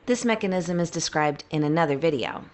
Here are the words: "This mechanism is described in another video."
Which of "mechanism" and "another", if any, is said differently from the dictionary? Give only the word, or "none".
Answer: none